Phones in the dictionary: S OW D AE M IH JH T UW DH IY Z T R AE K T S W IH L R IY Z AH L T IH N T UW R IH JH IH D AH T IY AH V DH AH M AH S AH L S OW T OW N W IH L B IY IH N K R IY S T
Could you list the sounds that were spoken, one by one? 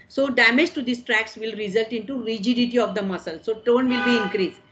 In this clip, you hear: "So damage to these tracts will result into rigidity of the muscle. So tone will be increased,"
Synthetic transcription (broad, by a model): S OW D AE M IH JH T UW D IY S T R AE K S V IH L R IY Z AH L T IH N T UW R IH JH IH D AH T IY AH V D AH M AH S AH L S OW T OW N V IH L B IY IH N K R IY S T